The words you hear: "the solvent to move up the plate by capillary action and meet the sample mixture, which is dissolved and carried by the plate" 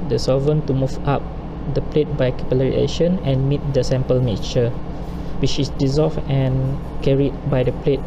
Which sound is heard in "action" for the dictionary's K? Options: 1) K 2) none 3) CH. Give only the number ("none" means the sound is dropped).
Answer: 2